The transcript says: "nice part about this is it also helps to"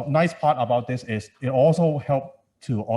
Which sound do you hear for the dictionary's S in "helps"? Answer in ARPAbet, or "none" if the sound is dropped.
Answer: none